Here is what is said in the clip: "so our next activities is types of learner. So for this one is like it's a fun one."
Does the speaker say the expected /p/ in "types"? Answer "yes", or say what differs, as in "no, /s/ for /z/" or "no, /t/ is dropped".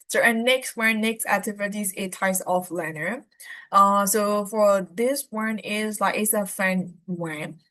no, /p/ is dropped